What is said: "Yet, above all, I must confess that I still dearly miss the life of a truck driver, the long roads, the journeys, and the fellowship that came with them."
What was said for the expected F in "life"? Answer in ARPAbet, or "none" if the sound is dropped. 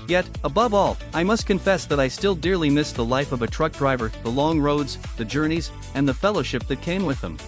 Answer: F